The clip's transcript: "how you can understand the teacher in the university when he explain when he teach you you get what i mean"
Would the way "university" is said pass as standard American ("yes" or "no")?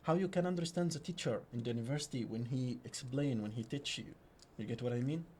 yes